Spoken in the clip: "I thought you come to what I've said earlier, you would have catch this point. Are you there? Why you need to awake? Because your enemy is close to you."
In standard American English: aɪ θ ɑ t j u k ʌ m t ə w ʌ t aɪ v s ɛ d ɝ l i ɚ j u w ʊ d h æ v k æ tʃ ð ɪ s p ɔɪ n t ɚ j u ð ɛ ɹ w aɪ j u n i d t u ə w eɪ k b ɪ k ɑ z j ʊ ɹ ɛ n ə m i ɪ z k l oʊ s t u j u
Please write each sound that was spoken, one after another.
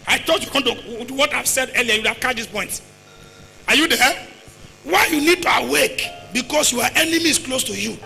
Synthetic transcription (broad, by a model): aɪ t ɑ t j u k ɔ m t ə w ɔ t aɪ v s ɛ d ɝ l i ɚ j u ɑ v k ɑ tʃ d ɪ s p ɔɪ n t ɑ j u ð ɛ w aɪ j u n i d t u ə w eɪ k b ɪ k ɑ s j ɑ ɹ ɛ n ə m i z k l oʊ s t u j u